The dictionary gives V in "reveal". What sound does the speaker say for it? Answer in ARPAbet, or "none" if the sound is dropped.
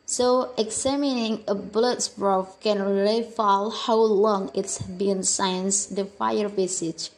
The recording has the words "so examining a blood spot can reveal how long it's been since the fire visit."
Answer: F